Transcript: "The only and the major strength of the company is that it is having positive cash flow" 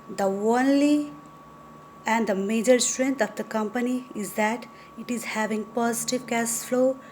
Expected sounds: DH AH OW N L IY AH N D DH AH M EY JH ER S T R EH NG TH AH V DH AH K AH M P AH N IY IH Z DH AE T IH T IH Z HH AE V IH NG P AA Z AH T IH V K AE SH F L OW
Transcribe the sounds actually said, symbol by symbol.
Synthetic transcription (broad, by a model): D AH OW N L IY AH N D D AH M EY JH ER S T R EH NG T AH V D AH K AH M P AH N IY IH Z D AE T IH T IH Z HH AE V IH NG P AA Z AH T IH V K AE S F L OW